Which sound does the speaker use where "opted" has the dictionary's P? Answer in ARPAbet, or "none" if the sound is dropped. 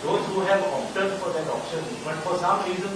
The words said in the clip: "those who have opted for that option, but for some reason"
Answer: none